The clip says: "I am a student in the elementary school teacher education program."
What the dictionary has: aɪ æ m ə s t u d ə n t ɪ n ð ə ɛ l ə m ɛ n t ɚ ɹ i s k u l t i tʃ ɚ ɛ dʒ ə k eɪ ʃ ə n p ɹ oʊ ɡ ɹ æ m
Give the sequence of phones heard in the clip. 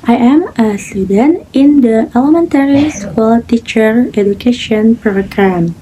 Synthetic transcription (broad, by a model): aɪ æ m ə s t u d ə n t ɪ n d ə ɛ l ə m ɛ n t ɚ ɹ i s k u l t i tʃ ɚ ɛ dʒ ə k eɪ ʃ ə n p ɹ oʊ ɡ ɹ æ m